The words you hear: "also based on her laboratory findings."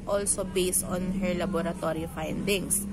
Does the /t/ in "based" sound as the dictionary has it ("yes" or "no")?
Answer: yes